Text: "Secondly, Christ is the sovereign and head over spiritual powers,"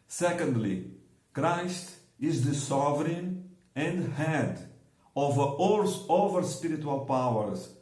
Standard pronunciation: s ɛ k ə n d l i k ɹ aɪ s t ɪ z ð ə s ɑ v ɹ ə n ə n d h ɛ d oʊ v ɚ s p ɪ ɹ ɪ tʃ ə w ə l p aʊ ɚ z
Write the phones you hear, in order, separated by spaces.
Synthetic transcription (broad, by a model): s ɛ k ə n d l i k ɹ aɪ s t ɪ z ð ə s ɑ v ɹ ə n ə n d h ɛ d oʊ v ɚ s p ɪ ɹ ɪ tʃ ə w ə l p aʊ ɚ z